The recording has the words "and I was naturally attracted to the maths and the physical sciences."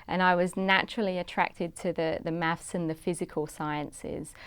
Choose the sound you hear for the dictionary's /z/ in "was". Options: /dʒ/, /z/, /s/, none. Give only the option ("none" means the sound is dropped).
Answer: /z/